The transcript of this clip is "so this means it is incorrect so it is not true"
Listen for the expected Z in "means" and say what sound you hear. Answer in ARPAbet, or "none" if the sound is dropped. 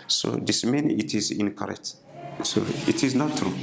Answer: none